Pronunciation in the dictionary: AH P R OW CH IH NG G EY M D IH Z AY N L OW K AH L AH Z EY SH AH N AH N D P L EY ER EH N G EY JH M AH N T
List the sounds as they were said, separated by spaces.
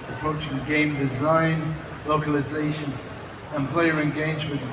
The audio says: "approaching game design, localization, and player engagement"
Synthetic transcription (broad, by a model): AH P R OW CH IH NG G EY M D IH Z AY N L OW K AH L AH Z EY SH AH N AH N P L EY ER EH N G EY JH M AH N